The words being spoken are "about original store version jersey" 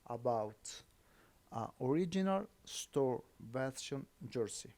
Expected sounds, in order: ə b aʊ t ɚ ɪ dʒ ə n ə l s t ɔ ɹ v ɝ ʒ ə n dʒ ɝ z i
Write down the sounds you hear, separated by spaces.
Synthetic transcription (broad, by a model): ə b aʊ t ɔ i dʒ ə n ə l s t ɔ ɹ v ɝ s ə n dʒ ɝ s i